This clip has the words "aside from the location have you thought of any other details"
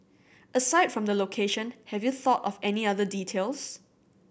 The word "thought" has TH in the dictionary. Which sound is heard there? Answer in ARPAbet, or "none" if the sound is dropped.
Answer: TH